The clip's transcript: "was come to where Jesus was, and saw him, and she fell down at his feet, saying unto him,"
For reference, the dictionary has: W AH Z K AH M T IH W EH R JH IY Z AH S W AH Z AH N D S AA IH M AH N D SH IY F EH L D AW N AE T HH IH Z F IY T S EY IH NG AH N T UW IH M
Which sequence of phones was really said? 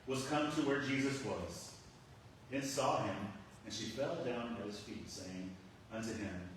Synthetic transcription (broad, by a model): W AH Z K AH M T IH W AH R JH IY Z AH S W AH Z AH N S AA IH M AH N SH IY F EH L D AW N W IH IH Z F IY T S EY IH NG AH N T UW IH M